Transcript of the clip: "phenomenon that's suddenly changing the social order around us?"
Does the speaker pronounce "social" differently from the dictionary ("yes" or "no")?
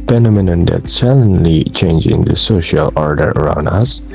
no